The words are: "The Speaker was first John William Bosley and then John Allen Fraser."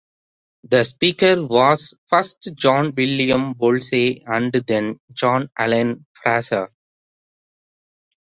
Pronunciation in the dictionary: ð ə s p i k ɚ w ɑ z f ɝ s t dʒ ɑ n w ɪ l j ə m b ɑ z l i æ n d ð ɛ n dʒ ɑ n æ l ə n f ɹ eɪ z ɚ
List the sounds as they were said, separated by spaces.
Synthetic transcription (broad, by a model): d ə s p i k ɚ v ɑ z f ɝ s t dʒ ɑ n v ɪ l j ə m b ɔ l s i æ n d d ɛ n dʒ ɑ n æ l ə n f ɹ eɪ s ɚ